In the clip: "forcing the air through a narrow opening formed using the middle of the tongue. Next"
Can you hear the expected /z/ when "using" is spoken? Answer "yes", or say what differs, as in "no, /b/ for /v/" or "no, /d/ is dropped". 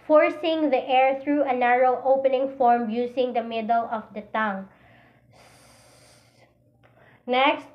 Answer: no, /s/ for /z/